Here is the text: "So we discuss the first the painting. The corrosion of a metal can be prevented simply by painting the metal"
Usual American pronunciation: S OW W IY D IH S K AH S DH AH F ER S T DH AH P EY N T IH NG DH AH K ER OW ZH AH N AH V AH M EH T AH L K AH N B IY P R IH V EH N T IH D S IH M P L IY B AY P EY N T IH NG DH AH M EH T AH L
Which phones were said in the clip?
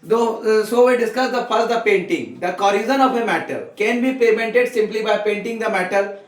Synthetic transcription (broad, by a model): S OW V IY D IH S K AH S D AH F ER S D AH P EY N T IH NG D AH K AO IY Z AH N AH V AH M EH T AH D K AH N B IY P IH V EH N T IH D S IH M P L IY B AY P EY N T IH NG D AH M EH T AH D